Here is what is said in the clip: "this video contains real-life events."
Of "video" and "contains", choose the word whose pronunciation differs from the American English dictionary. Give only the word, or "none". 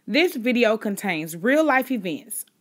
none